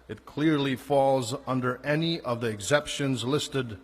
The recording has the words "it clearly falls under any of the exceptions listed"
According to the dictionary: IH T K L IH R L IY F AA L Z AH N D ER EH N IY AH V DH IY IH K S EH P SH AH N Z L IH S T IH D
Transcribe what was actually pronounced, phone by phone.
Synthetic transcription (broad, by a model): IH T K L IH R L IY F AA L Z AH N D ER EH N IY AH V DH IY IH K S EH P SH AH N Z L IH S T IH D